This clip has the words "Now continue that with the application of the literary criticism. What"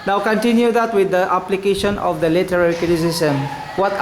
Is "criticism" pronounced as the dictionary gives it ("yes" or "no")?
no